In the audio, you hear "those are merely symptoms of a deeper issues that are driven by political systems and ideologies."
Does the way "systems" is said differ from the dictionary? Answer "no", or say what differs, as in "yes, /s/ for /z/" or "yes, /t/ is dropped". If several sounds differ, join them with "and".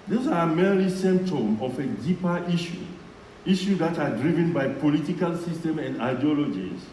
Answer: yes, /z/ is dropped